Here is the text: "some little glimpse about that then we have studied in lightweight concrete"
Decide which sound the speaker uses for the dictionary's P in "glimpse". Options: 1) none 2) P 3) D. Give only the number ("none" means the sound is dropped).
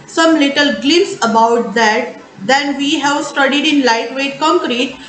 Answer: 1